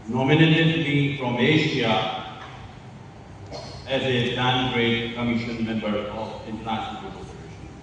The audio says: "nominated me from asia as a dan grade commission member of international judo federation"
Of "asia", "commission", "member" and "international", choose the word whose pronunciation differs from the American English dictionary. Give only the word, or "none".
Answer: asia